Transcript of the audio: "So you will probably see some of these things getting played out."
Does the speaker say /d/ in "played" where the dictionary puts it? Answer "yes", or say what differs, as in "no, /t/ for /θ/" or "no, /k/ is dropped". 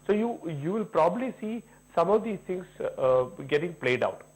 yes